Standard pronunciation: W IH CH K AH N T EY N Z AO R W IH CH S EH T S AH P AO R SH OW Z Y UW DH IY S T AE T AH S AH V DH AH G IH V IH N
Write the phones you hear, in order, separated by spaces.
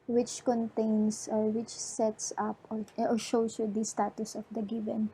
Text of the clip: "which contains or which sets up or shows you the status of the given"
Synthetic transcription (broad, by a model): W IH CH K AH N T EY N S AO R W IH CH S EH T S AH P AO R SH OW S Y UW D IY S T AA T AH S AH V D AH G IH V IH N